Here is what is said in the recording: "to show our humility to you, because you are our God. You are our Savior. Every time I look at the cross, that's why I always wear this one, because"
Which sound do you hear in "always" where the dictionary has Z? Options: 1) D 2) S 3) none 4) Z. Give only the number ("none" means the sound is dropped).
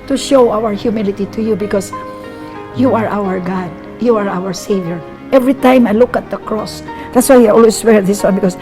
2